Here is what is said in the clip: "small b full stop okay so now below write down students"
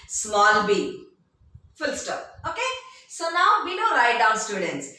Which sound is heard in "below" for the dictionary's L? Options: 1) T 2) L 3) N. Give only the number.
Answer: 3